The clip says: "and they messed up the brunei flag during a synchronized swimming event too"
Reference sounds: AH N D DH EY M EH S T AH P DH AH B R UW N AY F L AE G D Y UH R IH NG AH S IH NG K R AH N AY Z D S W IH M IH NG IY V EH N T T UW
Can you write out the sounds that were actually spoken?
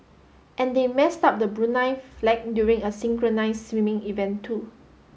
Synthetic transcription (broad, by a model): AH N D EY M EH S T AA P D AH B R UW N AY F L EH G D Y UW R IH NG AH S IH NG K R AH N AY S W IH M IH NG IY V EH N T T UW